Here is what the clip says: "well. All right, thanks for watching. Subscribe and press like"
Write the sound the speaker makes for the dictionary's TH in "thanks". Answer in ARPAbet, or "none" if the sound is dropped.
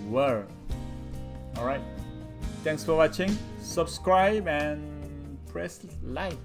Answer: T